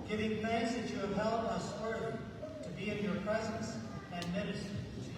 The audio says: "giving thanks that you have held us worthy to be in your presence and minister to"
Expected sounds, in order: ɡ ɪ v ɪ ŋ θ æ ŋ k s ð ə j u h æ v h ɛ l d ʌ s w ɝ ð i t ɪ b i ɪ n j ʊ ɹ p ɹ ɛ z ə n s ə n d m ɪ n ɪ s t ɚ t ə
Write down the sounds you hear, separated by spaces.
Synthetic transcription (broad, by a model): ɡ ɪ v ɪ ŋ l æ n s ð ə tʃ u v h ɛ l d ʌ s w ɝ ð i t ɪ b i ɪ n j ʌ ɹ p ɹ ɛ z ə n s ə n m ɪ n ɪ s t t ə